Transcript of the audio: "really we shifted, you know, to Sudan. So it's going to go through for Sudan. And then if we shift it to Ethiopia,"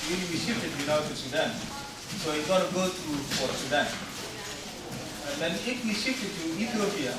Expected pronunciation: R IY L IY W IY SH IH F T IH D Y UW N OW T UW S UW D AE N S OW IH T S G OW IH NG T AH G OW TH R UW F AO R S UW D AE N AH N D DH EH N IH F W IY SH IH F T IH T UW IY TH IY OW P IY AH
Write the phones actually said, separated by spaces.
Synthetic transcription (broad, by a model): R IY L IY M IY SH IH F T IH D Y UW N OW T UW S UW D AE N S OW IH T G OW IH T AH G OW T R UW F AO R S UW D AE N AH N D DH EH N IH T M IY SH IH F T IH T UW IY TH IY OW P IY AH